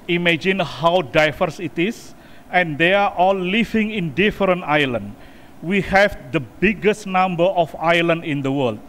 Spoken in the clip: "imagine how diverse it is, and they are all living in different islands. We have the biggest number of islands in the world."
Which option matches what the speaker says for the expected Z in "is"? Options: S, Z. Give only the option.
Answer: S